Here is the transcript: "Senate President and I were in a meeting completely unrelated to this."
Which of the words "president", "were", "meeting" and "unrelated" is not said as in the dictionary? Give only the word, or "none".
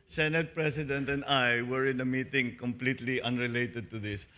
president